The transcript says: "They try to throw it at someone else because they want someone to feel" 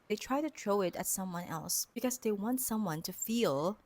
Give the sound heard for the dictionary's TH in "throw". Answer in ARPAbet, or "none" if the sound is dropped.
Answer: T